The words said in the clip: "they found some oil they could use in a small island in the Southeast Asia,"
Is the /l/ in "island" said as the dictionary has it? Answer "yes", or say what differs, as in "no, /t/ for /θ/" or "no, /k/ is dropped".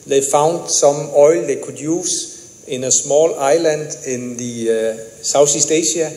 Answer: yes